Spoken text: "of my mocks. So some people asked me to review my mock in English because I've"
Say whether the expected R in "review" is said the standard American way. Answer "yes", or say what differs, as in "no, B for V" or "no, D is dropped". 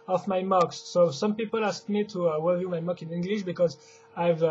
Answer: no, W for R